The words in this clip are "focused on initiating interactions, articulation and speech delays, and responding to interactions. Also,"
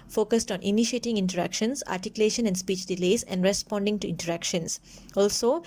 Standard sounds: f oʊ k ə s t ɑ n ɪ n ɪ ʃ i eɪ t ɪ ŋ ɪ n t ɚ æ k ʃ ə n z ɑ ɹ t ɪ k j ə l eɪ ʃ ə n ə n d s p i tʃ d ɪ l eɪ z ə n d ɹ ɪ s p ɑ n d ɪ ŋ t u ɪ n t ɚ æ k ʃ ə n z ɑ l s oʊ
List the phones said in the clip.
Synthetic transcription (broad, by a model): f oʊ k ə s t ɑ n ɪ n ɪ ʃ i eɪ t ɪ ŋ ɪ n t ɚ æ k ʃ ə n s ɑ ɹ t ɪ k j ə l eɪ ʃ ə n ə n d s p i tʃ d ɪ l eɪ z ə n d ɹ ɪ s p ɑ n d ɪ ŋ t u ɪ n t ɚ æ k ʃ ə n s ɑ l s oʊ